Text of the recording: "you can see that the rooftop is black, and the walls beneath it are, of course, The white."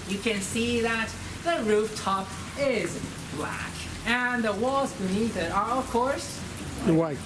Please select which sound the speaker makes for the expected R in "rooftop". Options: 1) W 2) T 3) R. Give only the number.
3